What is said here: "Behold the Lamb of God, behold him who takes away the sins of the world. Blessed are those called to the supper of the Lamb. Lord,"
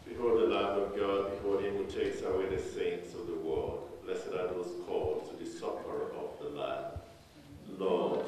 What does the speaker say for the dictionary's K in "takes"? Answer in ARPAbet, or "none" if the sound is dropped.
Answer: K